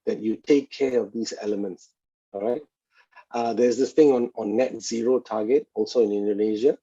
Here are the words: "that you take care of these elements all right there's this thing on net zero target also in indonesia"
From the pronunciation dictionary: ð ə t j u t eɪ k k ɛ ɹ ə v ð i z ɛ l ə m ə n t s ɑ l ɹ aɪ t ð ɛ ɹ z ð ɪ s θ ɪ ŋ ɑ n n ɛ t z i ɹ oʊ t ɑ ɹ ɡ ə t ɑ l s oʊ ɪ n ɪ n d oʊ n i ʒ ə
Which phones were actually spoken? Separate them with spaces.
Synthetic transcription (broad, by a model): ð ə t j u t eɪ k k ɛ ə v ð i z ɛ l ə m ə n t s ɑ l ɹ aɪ t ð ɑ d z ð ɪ s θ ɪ ŋ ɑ n n ɛ t z i ɹ oʊ t ɑ ɡ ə t ɑ l s oʊ ɪ n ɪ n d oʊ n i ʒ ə